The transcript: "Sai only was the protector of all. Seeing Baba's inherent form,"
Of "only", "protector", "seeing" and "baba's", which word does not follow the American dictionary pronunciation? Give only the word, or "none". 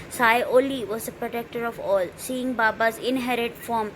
only